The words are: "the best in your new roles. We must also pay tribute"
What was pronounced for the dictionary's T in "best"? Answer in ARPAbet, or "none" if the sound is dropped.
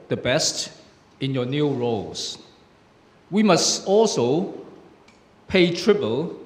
T